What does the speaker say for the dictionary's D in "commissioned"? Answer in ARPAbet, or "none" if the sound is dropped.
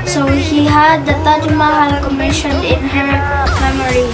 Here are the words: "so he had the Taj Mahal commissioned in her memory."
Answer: none